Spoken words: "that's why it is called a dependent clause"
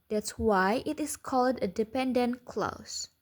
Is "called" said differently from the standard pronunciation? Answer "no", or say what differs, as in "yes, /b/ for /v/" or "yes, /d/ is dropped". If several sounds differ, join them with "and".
no